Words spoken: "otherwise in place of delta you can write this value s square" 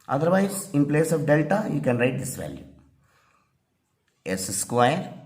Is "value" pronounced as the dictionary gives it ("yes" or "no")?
yes